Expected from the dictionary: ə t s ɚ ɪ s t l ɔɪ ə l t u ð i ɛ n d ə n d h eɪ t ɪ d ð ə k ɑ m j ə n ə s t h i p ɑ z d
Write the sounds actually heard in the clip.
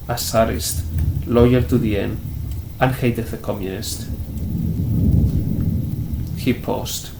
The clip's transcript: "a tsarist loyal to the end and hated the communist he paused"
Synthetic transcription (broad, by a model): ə s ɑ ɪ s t l ɔɪ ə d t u ð i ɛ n ə n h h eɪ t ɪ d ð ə k ɑ m j ə n ə s t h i p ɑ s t